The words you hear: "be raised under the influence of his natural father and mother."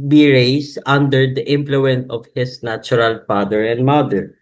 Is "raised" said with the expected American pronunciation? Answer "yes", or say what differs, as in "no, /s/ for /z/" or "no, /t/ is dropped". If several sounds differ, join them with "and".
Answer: no, /s/ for /z/